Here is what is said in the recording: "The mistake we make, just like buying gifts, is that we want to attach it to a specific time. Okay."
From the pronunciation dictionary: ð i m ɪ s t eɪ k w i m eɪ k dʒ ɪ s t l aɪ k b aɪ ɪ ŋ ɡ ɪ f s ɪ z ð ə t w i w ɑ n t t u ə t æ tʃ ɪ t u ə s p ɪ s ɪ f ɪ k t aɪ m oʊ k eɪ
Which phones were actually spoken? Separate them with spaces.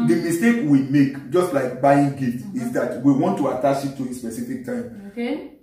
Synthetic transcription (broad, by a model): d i m ɪ s t eɪ k w i m eɪ k dʒ ɪ s t l aɪ k b aɪ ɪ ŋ ɡ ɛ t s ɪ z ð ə t w i w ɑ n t t u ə t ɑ ʃ ɪ t u ə s p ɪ s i f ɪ k t aɪ m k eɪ